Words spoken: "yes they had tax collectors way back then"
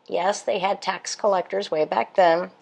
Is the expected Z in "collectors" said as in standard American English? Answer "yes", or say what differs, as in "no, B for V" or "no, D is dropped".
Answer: yes